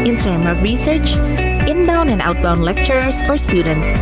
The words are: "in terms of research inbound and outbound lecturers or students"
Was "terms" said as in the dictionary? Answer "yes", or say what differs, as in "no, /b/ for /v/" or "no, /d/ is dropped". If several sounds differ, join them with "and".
no, /z/ is dropped